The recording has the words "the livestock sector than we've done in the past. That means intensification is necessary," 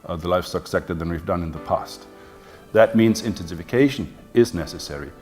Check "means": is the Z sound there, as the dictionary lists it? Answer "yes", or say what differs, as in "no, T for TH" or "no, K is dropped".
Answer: yes